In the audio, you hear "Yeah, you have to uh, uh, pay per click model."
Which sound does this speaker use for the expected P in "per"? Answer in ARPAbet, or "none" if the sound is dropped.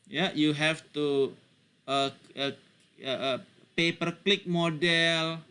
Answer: P